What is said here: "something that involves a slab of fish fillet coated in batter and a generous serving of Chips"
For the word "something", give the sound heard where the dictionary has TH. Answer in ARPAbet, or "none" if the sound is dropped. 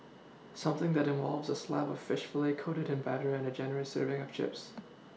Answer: TH